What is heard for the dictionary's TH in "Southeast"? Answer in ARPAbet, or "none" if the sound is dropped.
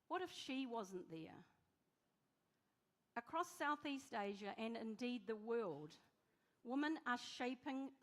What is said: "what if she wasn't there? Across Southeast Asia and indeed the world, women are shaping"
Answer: TH